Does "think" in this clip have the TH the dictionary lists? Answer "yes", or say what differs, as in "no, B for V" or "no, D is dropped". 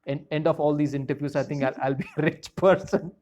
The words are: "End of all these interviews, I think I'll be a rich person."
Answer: no, T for TH